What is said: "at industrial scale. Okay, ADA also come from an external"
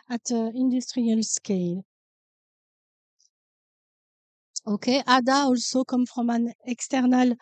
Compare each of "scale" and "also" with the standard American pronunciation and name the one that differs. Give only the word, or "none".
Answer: none